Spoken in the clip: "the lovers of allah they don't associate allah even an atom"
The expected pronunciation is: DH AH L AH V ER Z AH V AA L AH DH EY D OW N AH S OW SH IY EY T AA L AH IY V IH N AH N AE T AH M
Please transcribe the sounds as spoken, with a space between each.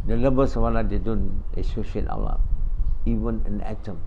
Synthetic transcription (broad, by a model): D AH L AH B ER S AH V AA L AH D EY D OW N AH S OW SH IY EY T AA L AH IY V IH N AH N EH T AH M